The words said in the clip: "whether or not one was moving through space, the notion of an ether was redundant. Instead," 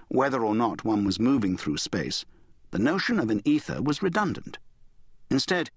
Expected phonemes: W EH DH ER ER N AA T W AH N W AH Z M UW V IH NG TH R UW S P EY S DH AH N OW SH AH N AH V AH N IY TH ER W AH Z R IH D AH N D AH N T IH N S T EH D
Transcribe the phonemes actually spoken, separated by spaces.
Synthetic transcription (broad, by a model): W EH DH ER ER N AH T W AH N W AH Z M UW V IH NG TH R UW S P EY S DH AH N OW SH AH N AH V AH N IY TH ER W AH Z R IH D AH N D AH N T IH N S T EH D